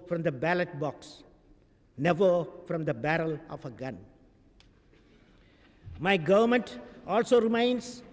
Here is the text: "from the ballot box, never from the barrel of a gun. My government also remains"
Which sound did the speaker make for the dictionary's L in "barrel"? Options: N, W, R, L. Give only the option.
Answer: L